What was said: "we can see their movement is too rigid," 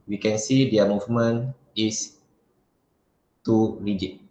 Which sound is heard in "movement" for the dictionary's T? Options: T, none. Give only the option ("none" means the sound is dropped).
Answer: none